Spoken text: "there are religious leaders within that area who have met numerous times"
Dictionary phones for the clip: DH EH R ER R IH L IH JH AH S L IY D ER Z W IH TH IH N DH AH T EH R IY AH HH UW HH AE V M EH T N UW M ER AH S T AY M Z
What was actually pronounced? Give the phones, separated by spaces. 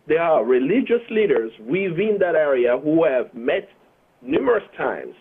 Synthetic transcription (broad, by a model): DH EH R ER R IH L IH JH AH S L IY D ER Z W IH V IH N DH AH T EH R IY AH HH UW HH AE V M EH T N UW M ER AH S T AY M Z